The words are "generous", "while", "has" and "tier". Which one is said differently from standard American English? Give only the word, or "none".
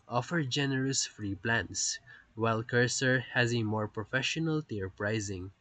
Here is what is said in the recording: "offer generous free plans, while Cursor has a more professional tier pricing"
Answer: none